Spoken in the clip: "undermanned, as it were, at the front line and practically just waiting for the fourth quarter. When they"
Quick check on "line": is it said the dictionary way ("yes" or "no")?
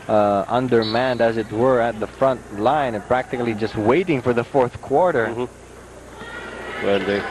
no